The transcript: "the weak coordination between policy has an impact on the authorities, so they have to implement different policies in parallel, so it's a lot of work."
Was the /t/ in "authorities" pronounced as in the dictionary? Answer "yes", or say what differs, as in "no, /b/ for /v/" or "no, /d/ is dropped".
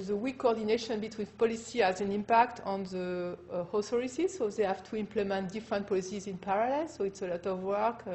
no, /s/ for /t/